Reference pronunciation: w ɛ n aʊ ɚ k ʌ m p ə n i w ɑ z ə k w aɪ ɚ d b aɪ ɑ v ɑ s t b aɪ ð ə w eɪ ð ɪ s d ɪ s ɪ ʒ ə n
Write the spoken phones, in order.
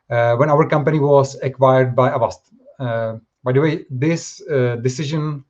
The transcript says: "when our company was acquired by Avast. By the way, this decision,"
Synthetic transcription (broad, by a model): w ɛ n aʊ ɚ k ʌ m p ə n i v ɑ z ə k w aɪ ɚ d b aɪ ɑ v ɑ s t b aɪ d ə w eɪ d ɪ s d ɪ s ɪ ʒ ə n